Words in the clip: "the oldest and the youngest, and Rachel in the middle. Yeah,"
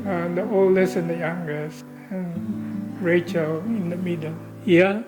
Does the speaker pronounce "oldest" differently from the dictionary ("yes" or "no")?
yes